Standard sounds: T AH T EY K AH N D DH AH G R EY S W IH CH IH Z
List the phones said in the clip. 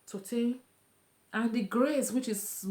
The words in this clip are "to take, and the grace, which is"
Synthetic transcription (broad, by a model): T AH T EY AH N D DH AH G R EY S W IH CH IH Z